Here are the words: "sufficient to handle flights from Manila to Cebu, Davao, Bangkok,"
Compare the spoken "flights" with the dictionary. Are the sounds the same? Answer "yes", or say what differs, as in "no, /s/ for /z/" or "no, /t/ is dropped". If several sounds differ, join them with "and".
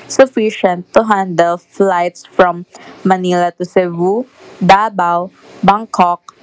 yes